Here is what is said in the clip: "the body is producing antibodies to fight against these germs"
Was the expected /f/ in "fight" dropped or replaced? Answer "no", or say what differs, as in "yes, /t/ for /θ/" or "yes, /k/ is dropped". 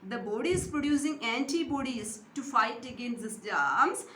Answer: no